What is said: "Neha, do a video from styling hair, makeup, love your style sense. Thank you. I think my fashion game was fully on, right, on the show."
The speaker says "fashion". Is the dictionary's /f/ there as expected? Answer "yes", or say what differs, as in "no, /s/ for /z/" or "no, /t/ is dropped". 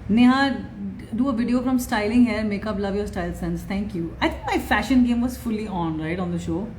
yes